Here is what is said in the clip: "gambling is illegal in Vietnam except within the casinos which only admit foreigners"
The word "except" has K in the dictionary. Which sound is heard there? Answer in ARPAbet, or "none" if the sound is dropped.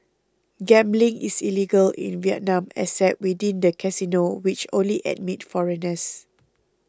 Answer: none